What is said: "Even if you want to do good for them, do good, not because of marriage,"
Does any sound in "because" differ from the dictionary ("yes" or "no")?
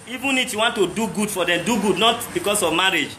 yes